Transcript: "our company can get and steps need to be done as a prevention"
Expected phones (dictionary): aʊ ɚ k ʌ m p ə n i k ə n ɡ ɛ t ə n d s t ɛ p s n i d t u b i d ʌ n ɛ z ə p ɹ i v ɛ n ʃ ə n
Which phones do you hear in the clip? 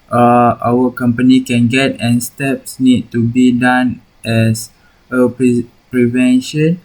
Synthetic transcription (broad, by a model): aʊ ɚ k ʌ m p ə n i k ə n ɡ ɛ t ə n s t ɛ p s n i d t u b i d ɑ n ɛ s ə p ɹ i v ɛ n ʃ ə n